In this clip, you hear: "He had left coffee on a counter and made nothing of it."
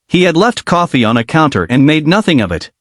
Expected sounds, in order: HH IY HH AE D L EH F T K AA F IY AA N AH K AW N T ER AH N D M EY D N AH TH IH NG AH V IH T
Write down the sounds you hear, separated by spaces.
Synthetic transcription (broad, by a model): HH IY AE D L EH F T K AA F IY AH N AH K AW N T ER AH N M EY D N AH TH IH NG AH V IH T